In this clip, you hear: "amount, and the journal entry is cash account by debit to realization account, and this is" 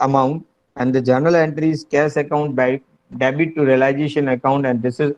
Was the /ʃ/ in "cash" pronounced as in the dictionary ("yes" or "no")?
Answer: no